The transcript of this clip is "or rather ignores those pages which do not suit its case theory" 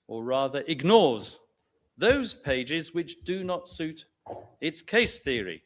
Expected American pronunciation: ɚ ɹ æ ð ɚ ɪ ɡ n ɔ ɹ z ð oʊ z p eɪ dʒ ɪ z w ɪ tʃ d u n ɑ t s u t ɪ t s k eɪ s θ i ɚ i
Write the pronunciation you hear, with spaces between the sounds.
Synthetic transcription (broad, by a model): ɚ ɹ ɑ ð ɚ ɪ ɡ n ɔ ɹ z ð oʊ z p eɪ dʒ ɪ z w ɪ tʃ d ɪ n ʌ t s u t ɪ t s k eɪ s θ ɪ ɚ i